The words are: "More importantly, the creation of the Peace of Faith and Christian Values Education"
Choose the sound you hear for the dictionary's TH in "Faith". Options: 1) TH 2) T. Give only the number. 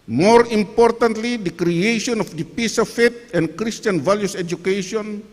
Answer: 2